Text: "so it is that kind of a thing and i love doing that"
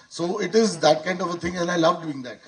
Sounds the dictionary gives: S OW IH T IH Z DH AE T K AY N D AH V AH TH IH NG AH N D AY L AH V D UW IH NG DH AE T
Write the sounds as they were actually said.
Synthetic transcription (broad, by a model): S OW IH T IH Z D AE T K AY N D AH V AH T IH NG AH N AY L AH V D UW IH NG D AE T